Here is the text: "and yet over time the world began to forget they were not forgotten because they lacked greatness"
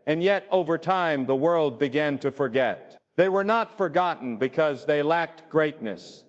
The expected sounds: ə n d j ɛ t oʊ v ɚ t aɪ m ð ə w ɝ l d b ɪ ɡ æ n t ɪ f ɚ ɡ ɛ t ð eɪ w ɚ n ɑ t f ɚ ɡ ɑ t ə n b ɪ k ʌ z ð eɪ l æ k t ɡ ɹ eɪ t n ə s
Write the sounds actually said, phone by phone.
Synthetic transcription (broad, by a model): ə n j ɛ t oʊ v ɚ t aɪ m ð ə w ɝ l d b ɪ ɡ æ n t ɪ f ɚ ɡ ɛ t ð eɪ w ɚ n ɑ t f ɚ ɡ ɑ t n b ɪ k ʌ z ð eɪ l æ k t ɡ ɹ eɪ t n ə s